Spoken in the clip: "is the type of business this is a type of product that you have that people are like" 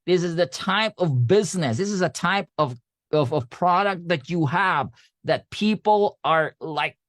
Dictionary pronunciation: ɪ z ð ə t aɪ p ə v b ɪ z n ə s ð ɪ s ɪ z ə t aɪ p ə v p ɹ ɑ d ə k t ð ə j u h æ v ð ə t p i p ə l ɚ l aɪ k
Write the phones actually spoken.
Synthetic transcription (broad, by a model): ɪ z ð ə t aɪ p ə v b ɪ z n ə s ð ɪ s ɪ z ə t aɪ p ə v p ɹ ɑ d ə k t ð ə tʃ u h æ v ð ə t p i p l ɚ l aɪ k